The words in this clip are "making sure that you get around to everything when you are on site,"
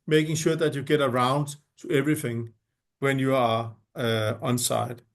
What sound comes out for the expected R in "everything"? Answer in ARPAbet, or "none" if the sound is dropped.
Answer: R